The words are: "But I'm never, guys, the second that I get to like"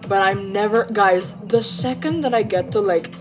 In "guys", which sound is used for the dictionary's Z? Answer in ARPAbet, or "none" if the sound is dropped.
Z